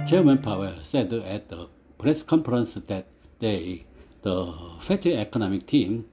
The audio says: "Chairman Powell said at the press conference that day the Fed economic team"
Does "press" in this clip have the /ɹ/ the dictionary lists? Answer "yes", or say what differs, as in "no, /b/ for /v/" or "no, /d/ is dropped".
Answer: yes